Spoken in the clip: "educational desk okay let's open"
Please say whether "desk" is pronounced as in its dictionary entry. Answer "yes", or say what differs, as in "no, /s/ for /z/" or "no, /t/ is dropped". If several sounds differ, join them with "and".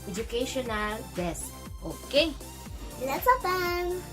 no, /k/ is dropped